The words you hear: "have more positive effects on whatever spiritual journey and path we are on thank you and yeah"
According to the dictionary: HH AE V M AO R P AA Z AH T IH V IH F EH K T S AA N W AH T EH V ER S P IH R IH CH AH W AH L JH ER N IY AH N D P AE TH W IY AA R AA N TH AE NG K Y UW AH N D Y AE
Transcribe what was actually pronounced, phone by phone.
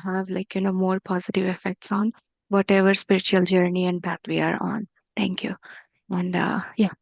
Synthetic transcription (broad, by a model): HH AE V M AO R P AA Z AH T IH V IH F EH K T S AA N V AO T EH V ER S P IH R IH CH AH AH L JH ER N IY AH N D B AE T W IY AA R AA N T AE NG K Y UW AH N D Y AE